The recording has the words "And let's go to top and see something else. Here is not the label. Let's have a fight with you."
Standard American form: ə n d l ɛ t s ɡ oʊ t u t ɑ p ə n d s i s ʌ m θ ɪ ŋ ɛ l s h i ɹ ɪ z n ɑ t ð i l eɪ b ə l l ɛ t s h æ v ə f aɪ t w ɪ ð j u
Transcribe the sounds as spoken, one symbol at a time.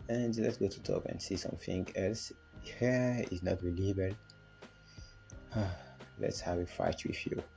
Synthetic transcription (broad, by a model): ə n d l ɛ t s ɡ oʊ t u t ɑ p ə n d s i s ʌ m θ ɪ ŋ ɛ l s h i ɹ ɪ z n ɑ t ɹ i l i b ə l l ɛ t s h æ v ə f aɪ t w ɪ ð j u